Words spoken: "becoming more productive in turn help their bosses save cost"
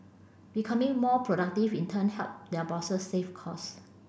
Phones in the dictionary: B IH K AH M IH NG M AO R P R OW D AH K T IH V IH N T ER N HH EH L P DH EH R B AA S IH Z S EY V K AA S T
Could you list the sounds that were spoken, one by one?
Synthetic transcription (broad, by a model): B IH K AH M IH NG M AO P R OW D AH K T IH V IH N T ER N HH EH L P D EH B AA S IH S EY F K AA S